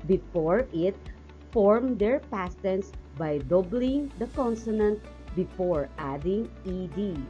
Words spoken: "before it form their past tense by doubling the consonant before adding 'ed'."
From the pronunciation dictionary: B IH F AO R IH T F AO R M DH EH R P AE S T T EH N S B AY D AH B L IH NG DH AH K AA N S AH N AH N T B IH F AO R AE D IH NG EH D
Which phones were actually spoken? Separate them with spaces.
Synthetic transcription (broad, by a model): B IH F AO R IH T F AO R M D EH R P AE S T T EH N S B AY D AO B L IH NG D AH K AA N S AH N AH N T B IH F AO R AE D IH NG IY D